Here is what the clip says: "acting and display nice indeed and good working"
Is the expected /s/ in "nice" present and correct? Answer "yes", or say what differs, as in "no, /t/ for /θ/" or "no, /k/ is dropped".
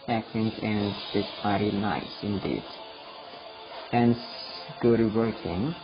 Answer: yes